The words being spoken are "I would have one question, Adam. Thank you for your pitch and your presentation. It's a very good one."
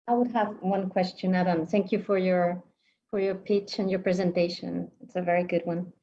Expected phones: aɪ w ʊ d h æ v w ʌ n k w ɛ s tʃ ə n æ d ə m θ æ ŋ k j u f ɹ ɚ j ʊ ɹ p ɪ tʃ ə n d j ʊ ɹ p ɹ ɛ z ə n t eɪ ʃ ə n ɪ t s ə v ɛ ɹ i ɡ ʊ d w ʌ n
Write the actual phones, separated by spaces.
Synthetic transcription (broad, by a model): aɪ w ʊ d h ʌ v w ʌ n k w ɛ s tʃ ə n æ d ə m θ æ ŋ k j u f ɹ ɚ j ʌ ɹ p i tʃ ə n j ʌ ɹ p ɹ ɛ z ə n t eɪ ʃ ə n ɪ t s ə v ɛ ɹ i ɡ ʊ d w ʌ n